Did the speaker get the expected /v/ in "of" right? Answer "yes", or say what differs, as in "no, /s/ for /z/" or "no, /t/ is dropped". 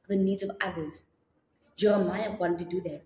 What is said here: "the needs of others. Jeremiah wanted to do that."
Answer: yes